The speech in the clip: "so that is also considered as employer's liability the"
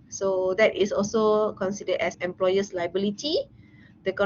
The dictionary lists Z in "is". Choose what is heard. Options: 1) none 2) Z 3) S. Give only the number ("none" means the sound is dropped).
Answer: 3